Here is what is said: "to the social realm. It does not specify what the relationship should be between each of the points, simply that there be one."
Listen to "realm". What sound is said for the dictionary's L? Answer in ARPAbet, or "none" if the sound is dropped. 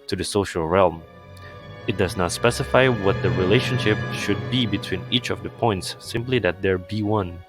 L